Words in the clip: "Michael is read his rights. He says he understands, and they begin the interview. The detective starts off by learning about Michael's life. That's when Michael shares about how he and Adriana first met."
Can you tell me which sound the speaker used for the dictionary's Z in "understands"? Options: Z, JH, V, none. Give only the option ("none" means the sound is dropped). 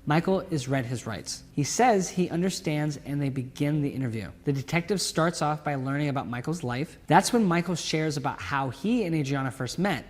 Z